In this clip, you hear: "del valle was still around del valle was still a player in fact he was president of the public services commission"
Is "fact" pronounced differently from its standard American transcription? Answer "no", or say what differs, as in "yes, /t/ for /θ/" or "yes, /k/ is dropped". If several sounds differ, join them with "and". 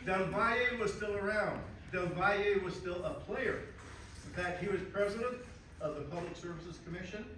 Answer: yes, /k/ is dropped